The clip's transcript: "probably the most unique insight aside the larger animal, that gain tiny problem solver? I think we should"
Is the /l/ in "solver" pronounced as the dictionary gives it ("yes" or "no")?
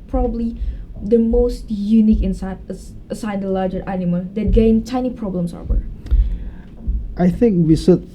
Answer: no